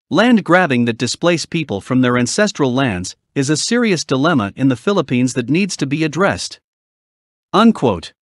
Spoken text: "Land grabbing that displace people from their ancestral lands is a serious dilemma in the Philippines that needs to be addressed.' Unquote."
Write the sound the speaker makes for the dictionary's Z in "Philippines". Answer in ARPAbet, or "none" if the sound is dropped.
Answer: Z